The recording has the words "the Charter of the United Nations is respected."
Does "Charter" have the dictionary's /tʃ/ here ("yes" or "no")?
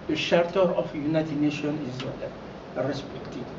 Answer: no